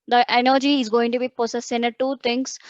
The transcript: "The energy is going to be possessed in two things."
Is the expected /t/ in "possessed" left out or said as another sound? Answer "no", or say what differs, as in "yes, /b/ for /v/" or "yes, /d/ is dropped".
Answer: yes, /t/ is dropped